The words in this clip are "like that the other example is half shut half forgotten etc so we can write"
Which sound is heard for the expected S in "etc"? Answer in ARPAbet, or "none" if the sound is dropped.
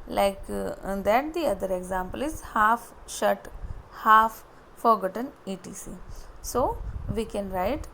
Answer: none